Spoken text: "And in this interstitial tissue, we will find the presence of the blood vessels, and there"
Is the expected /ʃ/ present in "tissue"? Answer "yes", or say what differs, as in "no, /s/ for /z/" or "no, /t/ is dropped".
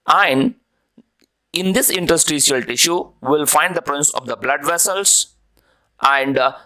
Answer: yes